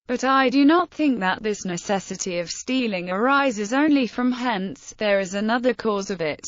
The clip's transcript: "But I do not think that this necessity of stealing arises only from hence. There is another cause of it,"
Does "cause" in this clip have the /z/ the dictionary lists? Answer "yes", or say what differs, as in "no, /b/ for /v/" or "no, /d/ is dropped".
yes